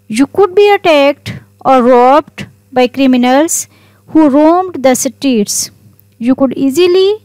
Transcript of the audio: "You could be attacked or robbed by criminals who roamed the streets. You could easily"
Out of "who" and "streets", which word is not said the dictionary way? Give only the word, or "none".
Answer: streets